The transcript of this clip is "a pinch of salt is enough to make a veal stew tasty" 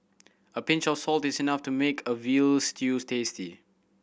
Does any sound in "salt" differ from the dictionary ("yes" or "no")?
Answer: no